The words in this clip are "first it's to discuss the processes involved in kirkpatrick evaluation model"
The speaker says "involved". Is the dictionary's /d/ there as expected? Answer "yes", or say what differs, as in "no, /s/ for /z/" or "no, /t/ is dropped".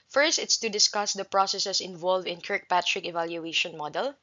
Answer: no, /d/ is dropped